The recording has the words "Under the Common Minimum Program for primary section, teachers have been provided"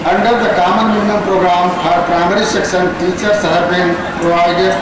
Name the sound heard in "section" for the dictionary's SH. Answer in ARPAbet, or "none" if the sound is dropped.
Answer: S